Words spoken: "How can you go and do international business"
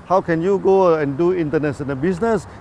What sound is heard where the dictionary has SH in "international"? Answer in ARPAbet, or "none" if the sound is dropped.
S